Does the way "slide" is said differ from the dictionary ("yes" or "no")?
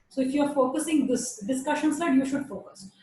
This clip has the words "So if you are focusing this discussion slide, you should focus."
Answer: yes